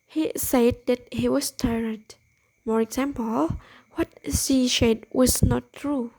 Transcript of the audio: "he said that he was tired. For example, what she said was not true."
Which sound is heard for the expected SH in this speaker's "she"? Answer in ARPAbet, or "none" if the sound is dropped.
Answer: S